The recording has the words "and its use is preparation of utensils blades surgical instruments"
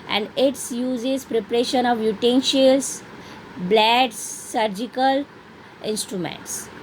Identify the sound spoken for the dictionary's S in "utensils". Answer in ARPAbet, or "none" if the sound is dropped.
SH